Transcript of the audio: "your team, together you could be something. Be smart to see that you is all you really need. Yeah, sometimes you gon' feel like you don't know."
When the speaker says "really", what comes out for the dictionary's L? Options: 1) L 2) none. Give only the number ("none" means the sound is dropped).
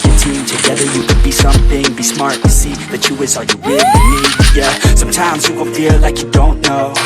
2